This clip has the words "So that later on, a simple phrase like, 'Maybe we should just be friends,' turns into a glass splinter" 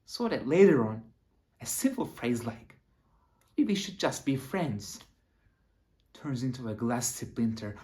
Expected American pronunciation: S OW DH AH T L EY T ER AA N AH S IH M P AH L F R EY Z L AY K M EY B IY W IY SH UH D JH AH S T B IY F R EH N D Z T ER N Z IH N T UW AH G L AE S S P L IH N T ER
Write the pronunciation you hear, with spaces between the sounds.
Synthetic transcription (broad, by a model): S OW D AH T L EY T ER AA N AH S IH M P L F R EY Z L AY K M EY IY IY SH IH D JH AH S T B IY F R EH N D Z T ER N Z IH N T UW AH G L AE S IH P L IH N T ER